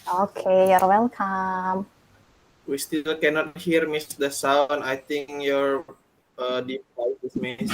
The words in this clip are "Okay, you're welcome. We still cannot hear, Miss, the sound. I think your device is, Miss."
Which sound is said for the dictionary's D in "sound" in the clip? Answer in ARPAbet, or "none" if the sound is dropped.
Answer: none